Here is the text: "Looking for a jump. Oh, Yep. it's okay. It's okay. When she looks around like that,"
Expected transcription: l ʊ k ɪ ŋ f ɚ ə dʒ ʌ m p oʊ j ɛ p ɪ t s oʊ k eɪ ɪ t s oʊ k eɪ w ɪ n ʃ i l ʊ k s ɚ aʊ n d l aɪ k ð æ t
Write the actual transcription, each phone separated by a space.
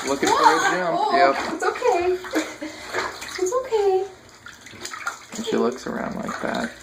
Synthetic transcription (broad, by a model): l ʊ k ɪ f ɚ ə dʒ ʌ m oʊ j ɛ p ɪ t s oʊ k eɪ ɪ t s oʊ k eɪ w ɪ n ʃ i l ʊ k s ɚ aʊ n d l aɪ k ð æ t